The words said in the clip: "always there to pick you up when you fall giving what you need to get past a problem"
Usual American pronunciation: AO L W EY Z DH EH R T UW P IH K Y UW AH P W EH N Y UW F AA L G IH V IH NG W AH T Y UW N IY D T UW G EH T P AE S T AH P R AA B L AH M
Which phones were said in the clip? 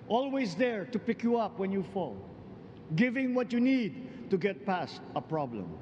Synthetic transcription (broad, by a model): AO L W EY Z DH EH R T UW P IH K Y UW AH P W EH N Y UW F AA L G IH V IH NG W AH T Y UW N IY D T UW G EH T P AE S T AH P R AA B L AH M